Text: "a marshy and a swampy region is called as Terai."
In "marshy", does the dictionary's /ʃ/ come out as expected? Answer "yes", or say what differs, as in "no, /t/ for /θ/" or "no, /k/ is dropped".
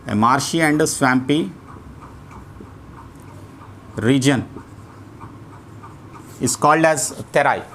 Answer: yes